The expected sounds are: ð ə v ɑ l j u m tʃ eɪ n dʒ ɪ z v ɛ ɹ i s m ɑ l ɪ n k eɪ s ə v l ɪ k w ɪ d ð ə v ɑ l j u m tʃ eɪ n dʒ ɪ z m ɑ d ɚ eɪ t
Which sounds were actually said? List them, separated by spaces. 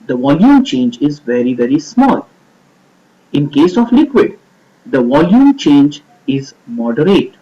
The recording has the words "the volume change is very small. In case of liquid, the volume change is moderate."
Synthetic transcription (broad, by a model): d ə v ɑ l j u m tʃ eɪ n dʒ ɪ z v ɛ ɹ i s m ɑ l ɪ n k eɪ s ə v l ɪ k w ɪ d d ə v ɑ l j u m tʃ eɪ n dʒ ɪ z m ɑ d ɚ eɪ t